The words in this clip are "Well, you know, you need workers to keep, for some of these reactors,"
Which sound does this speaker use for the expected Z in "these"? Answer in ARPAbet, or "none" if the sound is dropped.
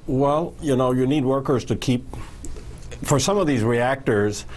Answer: Z